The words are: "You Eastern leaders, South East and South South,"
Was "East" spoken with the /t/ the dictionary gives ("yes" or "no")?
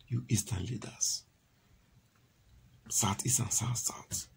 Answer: no